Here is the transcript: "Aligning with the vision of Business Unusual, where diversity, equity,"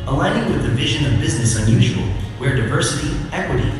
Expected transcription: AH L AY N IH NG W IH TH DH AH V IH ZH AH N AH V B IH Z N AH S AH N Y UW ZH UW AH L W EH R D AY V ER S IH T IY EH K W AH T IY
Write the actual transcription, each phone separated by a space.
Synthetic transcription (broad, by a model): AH L AY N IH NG W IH DH AH V IH ZH AH N AH V B IH Z N AH S AH N Y UW ZH UW AH L W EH R D AY V ER S IH T IY EH K W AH T IY